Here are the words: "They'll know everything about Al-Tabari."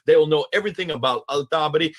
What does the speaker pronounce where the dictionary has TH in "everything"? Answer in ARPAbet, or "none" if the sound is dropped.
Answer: TH